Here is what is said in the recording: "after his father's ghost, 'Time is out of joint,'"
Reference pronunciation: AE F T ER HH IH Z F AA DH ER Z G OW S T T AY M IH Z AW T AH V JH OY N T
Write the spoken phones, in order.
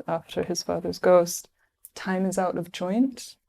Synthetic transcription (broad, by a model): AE F T ER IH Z F AA DH ER Z G OW S T T AY M IH Z AW T AH V JH OY N T